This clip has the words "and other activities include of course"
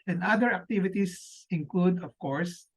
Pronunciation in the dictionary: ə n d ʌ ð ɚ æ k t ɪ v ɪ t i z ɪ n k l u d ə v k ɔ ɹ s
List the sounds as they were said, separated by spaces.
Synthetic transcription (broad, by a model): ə n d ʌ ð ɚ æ k t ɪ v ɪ t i s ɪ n k l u d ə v k ɔ ɹ s